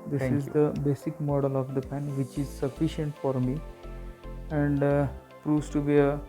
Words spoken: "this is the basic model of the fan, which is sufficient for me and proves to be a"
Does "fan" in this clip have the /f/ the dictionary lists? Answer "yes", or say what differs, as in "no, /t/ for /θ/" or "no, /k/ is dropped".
no, /p/ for /f/